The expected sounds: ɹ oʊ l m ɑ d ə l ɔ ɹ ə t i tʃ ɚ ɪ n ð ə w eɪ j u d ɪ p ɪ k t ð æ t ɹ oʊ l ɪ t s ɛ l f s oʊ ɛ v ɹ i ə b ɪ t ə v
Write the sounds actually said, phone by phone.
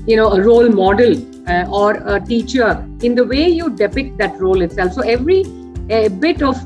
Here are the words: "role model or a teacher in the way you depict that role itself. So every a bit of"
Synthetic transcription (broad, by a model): ɹ oʊ l m ɑ d ə l ɔ ɹ ə t i tʃ ɚ ɪ n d ə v eɪ j u d ɪ p ɪ k t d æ t ɹ oʊ l ɪ t s ɛ l f s oʊ ɛ v ɹ i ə b ɪ t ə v